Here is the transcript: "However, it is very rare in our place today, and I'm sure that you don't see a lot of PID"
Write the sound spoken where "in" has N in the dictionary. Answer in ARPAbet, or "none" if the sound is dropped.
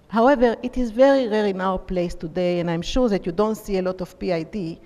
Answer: N